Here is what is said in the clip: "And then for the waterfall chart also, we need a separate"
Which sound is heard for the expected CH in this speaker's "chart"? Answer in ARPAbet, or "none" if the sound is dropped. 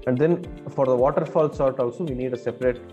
S